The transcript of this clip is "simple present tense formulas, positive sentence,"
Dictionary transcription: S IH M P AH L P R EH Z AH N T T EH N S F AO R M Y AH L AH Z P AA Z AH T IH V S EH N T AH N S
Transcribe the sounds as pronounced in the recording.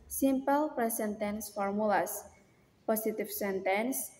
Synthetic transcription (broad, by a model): S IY M P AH L P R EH S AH N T T EH N S F AO R M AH L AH S P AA S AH T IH F S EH N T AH N S